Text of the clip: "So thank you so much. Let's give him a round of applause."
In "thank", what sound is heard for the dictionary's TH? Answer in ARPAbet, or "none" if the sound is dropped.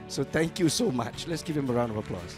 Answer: T